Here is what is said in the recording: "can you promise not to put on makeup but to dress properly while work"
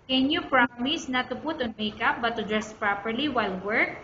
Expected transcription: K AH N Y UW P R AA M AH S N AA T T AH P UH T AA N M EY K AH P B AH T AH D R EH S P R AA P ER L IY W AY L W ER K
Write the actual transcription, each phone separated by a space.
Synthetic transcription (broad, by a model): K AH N Y UW P R AA M AH S N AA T T AH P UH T AA N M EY K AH P B AH T AH D R EH S P R AA P ER L IY W AY L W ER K